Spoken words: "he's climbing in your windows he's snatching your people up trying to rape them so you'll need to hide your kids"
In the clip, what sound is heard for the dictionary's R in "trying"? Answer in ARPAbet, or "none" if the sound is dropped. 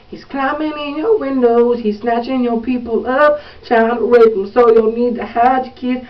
none